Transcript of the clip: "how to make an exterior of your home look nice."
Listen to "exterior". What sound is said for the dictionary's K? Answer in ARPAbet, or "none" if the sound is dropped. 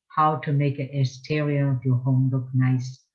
none